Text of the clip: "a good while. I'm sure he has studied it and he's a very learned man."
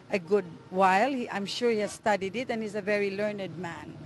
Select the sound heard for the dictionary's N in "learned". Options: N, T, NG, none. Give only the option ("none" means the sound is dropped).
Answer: N